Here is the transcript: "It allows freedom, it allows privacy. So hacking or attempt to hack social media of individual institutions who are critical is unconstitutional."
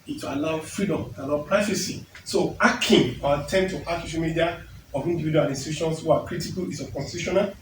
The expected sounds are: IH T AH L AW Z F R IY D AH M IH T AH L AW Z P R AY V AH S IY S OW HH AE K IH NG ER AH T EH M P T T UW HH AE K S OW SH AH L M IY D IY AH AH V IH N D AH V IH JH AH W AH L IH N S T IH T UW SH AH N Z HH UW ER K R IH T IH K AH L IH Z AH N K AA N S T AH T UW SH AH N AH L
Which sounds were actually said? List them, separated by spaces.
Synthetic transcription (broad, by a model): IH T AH L AW F R IY D AH M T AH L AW P R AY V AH S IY S OW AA K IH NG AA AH T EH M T T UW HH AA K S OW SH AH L M IY D IY AH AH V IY N D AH V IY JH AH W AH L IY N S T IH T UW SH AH N S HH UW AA K R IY T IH K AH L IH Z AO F K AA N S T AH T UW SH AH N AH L